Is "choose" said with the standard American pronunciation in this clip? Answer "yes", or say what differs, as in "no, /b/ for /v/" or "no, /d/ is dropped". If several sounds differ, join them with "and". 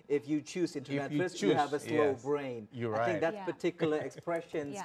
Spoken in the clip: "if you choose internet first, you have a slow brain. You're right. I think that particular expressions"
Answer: yes